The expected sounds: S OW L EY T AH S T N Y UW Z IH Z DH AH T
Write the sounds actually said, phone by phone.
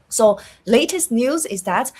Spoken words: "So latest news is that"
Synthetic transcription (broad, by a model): S OW L EY T AH S T N Y UW Z IH Z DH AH T